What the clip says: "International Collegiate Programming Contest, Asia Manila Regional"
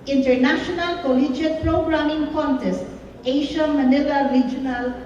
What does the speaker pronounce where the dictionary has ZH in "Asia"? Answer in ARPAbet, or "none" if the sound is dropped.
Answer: SH